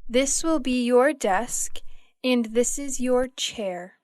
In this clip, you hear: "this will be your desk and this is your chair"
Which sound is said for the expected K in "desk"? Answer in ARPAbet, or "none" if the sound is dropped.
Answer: K